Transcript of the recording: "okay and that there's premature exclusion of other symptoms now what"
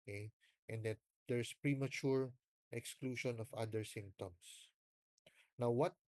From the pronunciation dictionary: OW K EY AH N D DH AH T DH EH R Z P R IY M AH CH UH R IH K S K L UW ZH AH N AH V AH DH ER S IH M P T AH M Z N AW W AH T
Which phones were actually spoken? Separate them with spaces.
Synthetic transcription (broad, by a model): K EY AH N D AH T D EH R S P R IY M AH CH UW R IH K S K L UW SH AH N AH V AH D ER S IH M P T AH M S N AW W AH T